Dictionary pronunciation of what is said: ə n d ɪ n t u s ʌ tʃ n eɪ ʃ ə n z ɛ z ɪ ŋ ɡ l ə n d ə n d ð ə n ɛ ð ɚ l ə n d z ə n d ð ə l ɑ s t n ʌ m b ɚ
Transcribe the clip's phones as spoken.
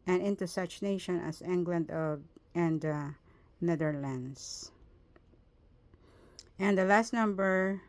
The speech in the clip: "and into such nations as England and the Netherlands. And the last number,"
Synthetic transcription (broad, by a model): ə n ɪ n t u s ʌ tʃ n eɪ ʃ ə n ɛ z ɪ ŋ ɡ l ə n d ə n d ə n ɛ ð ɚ l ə n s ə n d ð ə l ɑ s t n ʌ m b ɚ